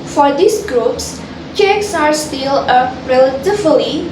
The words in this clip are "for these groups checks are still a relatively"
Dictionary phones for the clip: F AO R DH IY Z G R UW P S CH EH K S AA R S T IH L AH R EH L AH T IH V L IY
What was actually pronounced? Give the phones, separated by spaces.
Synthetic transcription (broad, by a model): F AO R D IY S G R UW P S CH EH K S AA R S T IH L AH R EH L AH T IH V L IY